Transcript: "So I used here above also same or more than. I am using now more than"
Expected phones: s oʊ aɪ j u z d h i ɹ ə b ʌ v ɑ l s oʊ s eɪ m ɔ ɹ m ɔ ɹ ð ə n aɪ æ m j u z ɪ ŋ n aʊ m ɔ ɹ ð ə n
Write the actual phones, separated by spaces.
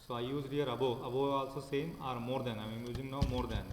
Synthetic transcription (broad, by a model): s oʊ aɪ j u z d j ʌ ɹ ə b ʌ b ɑ l s oʊ s eɪ m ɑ ɹ m ɔ ɹ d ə n aɪ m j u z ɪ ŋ n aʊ m ɔ ɹ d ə n